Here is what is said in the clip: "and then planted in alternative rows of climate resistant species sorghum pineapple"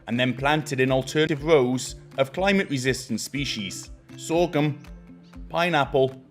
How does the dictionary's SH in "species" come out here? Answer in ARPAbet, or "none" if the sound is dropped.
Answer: SH